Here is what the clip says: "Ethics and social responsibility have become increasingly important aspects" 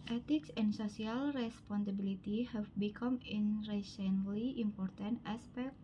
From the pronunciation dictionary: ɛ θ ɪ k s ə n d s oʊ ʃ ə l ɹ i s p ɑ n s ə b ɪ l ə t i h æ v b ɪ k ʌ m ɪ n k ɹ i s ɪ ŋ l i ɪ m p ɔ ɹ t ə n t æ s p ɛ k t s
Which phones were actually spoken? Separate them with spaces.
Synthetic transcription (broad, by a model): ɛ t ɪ k s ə n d s oʊ s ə l ɹ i s p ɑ n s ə b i l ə t i h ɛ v b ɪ k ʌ m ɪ n ɹ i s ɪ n l i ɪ m p ɔ ɹ t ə n t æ s p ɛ k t